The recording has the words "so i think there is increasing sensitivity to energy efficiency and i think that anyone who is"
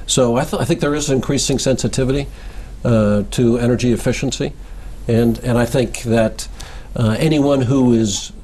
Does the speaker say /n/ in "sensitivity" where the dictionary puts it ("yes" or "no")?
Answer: yes